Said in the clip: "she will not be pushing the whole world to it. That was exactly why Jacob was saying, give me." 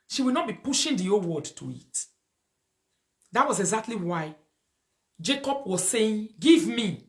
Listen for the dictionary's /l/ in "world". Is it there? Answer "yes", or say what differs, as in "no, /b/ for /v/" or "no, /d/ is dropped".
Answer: no, /l/ is dropped